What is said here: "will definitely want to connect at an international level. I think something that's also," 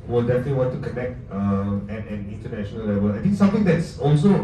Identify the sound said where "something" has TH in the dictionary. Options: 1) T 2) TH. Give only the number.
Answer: 1